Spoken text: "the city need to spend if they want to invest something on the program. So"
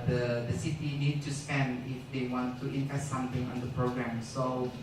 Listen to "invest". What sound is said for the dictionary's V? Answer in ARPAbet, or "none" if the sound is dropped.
P